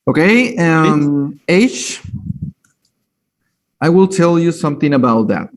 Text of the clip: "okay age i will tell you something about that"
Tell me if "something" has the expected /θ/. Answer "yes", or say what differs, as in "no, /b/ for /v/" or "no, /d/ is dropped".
yes